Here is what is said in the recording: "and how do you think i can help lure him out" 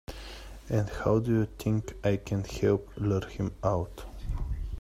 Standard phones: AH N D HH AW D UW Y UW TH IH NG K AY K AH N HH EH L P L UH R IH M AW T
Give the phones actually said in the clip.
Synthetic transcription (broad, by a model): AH N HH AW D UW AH T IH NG K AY K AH N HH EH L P L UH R IH M AW T